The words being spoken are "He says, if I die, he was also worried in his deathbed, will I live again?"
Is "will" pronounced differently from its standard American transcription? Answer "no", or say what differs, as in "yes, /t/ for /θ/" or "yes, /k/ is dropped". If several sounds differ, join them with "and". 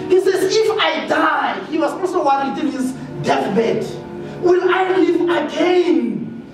yes, /n/ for /l/